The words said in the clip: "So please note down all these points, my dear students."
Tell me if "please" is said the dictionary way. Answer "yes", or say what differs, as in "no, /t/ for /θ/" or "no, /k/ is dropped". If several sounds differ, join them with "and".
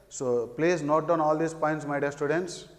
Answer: no, /s/ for /z/